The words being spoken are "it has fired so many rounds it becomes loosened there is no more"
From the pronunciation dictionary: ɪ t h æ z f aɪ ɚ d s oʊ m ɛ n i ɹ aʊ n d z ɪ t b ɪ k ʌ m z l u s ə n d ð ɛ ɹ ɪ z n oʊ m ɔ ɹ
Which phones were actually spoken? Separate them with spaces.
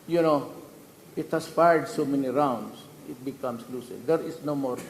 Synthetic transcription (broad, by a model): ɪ t h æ s f aɪ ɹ d s oʊ m ɛ n i ɹ aʊ n d s ɪ t b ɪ k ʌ m s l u s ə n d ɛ ɹ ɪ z n oʊ m ɔ ɹ